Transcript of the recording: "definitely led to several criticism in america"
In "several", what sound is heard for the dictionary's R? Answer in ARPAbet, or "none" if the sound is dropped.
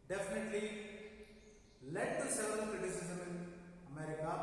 none